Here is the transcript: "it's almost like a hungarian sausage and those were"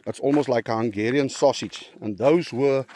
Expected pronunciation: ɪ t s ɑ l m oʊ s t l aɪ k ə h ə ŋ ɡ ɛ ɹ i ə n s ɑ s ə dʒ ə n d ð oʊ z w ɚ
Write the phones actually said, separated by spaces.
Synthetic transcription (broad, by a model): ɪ t s ɑ l m oʊ s t l aɪ k ə h ə ŋ ɡ ɛ ɹ i ə n s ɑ s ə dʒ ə n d ð oʊ z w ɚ